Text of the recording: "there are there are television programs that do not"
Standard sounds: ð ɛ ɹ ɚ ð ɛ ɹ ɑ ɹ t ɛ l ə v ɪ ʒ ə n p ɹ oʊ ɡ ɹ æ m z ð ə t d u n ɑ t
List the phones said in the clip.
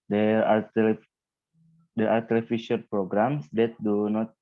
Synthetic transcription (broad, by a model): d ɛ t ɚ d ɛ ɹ ɑ ɹ t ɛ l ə f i ʃ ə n p ɹ oʊ ɡ ɹ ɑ m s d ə t d u n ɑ t